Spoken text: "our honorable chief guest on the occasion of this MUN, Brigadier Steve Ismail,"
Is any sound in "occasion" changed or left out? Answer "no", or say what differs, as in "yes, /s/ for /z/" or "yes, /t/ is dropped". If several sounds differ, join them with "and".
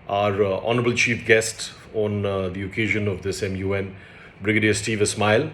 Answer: no